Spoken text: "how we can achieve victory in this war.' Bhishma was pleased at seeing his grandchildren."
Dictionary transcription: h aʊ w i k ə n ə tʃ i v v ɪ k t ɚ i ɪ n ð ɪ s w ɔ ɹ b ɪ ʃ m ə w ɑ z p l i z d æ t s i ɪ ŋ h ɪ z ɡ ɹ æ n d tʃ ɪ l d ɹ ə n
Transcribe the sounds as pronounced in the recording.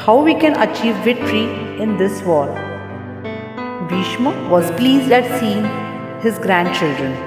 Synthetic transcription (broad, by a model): h aʊ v i k ə n ə tʃ i v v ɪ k t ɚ i ɪ n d ɪ s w ɔ l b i ʃ m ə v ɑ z p l i z d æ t s i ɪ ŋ h ɪ z ɡ ɹ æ n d tʃ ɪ l d ɹ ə n